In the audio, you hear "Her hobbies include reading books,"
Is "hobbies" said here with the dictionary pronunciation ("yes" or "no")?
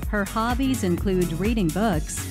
yes